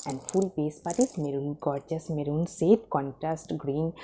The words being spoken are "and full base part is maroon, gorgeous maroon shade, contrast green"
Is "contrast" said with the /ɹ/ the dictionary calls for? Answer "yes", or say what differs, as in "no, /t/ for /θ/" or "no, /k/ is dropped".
yes